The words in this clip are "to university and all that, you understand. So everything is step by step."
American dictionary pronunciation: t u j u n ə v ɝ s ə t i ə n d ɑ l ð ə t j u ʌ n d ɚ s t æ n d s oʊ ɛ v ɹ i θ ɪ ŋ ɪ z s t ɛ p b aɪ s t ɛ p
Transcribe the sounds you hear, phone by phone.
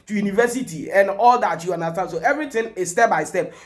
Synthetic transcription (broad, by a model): t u j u n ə v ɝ s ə t i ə n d ɑ l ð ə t j u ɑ n d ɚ s t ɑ n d s oʊ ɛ v ɹ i t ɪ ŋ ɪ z s t ɛ p b aɪ s t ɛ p